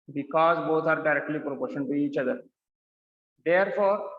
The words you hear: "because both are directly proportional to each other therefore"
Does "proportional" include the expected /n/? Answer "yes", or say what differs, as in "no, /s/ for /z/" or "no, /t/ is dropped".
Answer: no, /n/ is dropped